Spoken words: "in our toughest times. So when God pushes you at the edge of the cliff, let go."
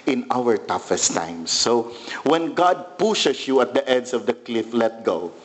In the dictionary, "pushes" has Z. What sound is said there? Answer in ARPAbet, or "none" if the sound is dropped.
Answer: S